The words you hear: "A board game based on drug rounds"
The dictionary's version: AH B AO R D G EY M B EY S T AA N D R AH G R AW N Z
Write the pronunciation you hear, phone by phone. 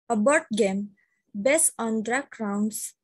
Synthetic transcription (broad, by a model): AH B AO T G EY M B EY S AA N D R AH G R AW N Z